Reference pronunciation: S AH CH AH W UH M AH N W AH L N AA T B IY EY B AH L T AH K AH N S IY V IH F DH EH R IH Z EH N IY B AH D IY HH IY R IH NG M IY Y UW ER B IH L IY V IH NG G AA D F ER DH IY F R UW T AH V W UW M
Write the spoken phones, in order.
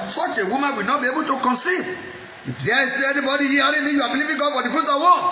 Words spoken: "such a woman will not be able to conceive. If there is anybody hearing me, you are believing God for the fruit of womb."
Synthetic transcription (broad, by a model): S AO CH AH W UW M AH N W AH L N AA T B IY EY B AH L T AH K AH N S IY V IH F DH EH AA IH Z EH N IY B AH D IY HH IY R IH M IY Y UW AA B IH L IY V IH NG G AA D F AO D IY F R UW T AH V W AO